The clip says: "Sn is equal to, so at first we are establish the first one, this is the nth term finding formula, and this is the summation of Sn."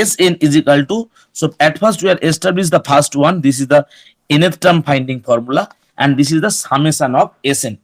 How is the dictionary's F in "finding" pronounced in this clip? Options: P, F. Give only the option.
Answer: P